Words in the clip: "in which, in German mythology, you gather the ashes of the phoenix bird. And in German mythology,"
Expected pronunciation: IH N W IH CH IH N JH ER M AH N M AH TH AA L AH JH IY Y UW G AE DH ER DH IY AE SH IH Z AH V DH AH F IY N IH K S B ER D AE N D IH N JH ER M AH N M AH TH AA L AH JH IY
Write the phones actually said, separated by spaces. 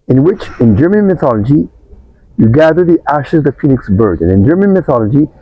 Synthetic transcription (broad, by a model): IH N W IH CH IH N JH ER M AH N M AH TH AA L AH JH IY Y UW G AE DH ER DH IY AE SH IH Z DH AH F IY N IH K S B ER D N IH N JH ER M AH N M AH TH AA L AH JH IY